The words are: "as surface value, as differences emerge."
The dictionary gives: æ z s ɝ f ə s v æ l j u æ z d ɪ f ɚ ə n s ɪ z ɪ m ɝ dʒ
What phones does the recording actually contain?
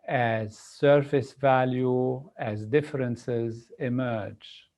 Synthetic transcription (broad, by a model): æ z s ɝ f ə s v æ l j u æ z d ɪ f ɚ ə n s ɪ z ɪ m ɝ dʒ